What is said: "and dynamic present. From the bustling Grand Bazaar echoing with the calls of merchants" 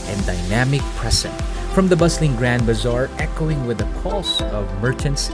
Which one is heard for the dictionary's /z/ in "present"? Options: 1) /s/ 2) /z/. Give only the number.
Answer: 1